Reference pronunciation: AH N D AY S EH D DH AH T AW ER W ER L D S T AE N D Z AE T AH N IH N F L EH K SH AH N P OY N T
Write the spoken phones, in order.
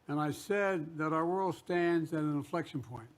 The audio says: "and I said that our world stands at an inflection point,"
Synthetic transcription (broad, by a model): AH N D AY S EH D DH AH T AW ER W ER L D S T AE N D Z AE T AH N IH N F L EH K SH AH N P OY N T